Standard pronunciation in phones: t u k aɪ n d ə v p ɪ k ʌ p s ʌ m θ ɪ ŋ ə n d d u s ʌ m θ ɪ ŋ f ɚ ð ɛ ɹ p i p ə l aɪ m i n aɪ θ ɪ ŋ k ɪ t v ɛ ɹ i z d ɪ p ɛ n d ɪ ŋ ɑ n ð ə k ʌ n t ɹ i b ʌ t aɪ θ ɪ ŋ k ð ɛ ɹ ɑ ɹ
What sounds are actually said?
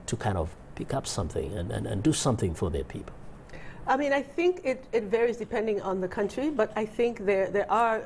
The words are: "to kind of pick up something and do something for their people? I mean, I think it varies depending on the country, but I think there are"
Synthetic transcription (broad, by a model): t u k aɪ n d ə v p ɪ k ʌ p s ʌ m θ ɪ ŋ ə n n d u s ʌ m θ ɪ ŋ f ɚ ð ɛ ɹ p i p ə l aɪ m i n aɪ θ ɪ ŋ k ɪ t v ɛ ɹ i z d ɪ p ɛ n d ɪ ŋ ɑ n ð ə k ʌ n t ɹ i b ʌ t aɪ θ ɪ ŋ k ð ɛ ɹ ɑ ɹ